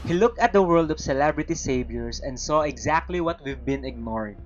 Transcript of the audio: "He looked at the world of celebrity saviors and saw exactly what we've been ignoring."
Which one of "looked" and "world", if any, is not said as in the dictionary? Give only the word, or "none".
none